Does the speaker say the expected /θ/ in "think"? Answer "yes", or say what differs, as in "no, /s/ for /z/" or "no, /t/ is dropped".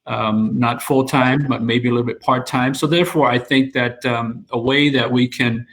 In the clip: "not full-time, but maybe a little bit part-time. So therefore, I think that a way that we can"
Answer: yes